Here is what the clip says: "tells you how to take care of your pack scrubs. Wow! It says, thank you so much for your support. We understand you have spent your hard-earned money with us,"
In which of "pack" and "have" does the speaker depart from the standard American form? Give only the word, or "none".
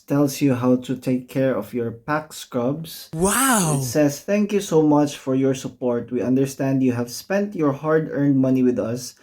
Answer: none